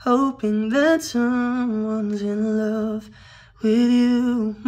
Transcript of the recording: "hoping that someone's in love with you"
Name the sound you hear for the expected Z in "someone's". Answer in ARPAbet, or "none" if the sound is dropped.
Z